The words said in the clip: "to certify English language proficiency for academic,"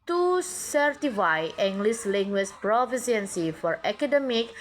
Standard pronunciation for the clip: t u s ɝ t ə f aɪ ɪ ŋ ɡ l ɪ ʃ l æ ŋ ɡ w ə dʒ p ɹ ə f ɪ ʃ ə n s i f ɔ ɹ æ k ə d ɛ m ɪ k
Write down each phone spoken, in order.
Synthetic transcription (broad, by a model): t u s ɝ t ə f aɪ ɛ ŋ ɡ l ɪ s l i ŋ ɡ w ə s p ɹ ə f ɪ s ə n s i f ɔ ɹ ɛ k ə d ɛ m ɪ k